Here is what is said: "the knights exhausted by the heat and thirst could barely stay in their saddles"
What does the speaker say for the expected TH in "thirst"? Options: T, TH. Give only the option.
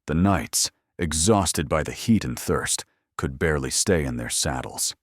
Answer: TH